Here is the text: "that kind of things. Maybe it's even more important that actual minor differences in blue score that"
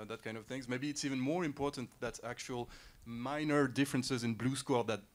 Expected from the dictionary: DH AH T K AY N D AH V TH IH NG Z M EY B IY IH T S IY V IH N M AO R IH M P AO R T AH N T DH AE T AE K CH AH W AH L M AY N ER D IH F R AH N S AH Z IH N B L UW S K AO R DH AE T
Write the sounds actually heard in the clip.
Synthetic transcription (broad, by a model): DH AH T K AY N D AH V TH IH NG Z M EY B IY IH T S IY V IH N M AO R IH M P AO R T AH N T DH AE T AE K CH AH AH L M AY N ER D IH F R AH N S AH Z IH N B L UW S K AO R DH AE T